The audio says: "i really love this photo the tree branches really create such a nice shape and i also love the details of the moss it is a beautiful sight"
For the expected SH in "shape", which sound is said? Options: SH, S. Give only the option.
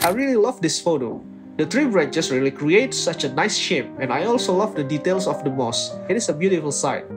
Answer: SH